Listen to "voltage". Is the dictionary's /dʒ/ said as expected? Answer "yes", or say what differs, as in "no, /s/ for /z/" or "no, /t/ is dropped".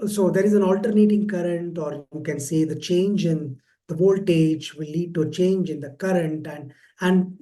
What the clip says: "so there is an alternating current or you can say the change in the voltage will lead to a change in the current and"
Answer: yes